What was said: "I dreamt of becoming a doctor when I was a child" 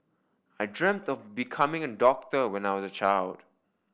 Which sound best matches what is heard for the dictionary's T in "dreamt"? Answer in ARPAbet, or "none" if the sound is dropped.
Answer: T